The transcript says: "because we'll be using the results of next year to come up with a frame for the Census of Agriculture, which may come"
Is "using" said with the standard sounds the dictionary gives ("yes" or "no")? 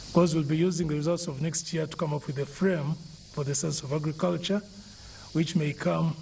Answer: yes